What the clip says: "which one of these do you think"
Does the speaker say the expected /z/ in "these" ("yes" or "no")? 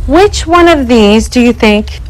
yes